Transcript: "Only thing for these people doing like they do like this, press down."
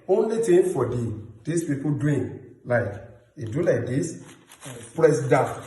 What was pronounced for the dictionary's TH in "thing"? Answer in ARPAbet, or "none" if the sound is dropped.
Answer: T